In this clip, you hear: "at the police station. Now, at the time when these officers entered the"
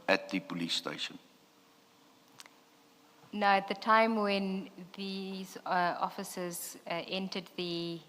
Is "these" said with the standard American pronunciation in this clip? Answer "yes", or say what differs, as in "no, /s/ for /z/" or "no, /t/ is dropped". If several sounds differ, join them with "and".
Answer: yes